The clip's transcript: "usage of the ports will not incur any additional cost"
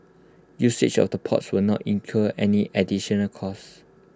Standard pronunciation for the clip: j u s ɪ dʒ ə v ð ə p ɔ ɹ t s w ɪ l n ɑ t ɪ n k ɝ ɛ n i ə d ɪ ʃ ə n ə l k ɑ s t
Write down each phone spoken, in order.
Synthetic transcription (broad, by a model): j u s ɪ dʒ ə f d ə p ɔ t s w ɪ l n ɑ t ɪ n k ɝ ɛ n i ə d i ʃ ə n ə l k ɑ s